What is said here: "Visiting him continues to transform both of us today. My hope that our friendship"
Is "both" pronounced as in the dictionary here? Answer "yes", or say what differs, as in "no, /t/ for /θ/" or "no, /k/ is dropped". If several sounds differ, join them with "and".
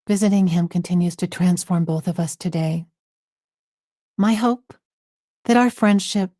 yes